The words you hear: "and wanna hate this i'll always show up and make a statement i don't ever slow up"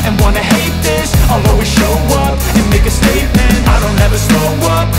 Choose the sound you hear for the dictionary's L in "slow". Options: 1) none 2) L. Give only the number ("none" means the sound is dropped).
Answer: 1